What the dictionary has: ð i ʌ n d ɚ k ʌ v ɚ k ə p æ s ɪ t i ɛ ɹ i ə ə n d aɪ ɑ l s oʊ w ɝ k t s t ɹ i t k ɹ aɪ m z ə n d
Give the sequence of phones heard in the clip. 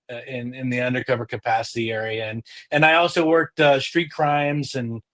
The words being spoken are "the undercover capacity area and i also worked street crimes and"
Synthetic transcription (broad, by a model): ð i ʌ n d ɚ k ʌ v ɚ k ə p æ s ɪ t i ɛ ɹ i ə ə n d aɪ ɑ l s oʊ w ɝ k t s t ɹ i t k ɹ aɪ m z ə n